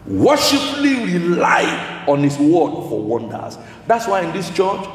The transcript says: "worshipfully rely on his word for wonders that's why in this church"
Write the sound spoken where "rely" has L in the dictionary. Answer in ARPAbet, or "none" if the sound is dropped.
L